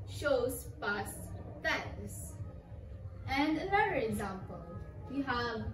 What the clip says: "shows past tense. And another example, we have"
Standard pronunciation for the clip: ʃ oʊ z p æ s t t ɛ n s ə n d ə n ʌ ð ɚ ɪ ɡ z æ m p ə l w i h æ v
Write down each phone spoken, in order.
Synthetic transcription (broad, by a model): ʃ oʊ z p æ s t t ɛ s ə n d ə n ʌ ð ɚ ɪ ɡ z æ m p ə l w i h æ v